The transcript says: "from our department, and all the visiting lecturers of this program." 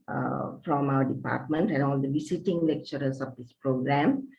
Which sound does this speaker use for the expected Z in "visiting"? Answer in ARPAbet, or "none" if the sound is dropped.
S